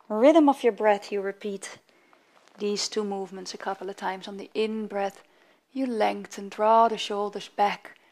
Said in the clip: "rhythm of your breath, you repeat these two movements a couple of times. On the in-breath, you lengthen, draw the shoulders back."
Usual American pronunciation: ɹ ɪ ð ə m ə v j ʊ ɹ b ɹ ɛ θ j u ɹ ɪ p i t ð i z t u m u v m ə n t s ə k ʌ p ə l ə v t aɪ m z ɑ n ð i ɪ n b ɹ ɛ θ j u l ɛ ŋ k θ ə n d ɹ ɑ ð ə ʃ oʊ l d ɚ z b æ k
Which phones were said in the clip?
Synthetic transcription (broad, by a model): ɹ ɪ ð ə m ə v j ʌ ɹ b ɹ ɛ θ j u ɹ ɪ p i t ð i z t u m u v m ə n t s ə k ʌ p l ə v t aɪ m z n ð i ɪ n b ɹ ɛ θ j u l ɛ ŋ k t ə n d ɹ ɑ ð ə ʃ oʊ l d ɚ z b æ k